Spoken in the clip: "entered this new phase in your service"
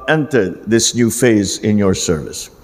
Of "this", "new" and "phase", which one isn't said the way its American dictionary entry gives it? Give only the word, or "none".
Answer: none